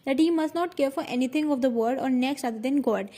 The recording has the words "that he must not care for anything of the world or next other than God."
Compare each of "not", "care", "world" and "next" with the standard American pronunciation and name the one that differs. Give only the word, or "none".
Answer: world